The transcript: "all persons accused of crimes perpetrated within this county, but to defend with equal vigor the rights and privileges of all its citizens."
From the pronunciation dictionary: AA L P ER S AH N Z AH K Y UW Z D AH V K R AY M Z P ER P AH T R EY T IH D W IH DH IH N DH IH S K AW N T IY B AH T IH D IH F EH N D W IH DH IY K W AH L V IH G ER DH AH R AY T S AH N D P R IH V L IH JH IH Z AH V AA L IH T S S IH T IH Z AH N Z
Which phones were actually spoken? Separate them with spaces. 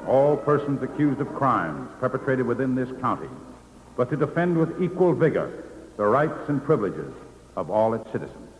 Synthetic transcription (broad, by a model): AA L P ER S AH N Z AH K Y UW Z D AH V K R AY M Z P ER P AH T R EY T IH D W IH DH IH N DH IH S K AW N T IY B AH T IH D IH F EH N D W IH DH IY K W AH L V IH G ER DH AH R AY T S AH N P R IH V L IH JH IH Z AH V AA L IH T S S IH T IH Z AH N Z